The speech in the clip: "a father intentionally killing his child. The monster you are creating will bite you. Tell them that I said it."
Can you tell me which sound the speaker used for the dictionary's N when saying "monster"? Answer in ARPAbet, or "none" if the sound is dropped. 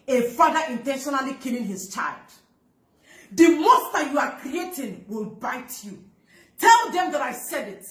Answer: none